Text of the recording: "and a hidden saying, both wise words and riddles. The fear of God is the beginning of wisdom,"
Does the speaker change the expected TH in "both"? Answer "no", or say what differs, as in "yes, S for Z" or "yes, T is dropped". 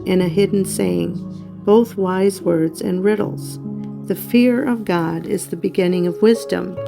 no